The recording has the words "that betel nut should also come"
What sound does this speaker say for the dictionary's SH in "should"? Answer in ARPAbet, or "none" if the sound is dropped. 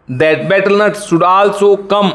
S